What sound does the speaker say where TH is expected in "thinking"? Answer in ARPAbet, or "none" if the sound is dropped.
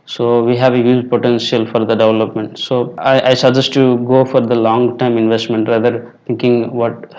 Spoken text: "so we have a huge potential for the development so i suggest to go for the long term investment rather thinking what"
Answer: T